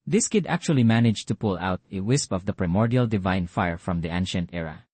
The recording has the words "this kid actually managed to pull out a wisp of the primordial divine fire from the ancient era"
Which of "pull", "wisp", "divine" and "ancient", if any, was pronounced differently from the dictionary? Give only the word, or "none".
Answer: none